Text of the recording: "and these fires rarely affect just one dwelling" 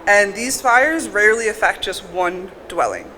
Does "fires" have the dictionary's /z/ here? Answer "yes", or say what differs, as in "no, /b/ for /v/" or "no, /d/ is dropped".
yes